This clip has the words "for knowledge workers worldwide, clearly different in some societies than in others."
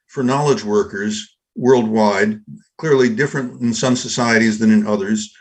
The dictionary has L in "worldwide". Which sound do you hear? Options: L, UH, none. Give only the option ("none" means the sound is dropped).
L